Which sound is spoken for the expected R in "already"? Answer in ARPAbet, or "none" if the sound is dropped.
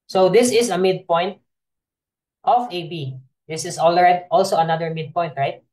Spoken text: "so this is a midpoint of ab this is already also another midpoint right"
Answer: L